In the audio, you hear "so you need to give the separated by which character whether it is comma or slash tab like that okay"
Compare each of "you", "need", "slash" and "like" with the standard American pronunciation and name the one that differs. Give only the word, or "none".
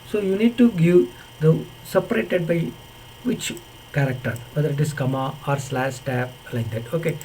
slash